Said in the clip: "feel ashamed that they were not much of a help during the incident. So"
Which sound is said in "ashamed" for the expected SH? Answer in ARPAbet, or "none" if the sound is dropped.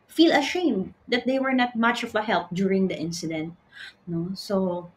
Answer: SH